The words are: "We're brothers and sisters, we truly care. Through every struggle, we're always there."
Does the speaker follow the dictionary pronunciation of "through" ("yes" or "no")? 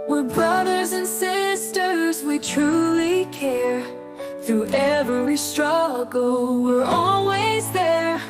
no